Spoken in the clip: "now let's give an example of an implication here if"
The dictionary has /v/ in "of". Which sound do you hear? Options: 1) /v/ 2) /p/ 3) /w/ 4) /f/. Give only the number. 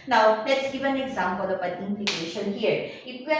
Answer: 2